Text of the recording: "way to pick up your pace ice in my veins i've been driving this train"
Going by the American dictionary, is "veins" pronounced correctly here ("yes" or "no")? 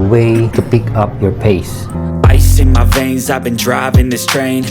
yes